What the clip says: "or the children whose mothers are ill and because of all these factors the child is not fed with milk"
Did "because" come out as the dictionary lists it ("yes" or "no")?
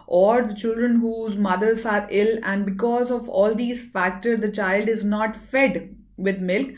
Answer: yes